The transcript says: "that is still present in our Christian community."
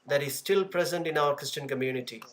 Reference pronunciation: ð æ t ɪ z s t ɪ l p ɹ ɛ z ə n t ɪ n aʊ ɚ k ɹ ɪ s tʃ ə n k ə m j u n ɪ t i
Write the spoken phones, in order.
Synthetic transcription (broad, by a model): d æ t ɪ z s t ɪ l p ɹ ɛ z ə n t ɪ n aʊ ɚ k ɹ ɪ s tʃ ə n k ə m j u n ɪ t i